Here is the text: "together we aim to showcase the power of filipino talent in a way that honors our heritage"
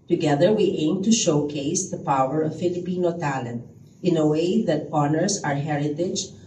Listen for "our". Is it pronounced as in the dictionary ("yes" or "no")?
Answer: yes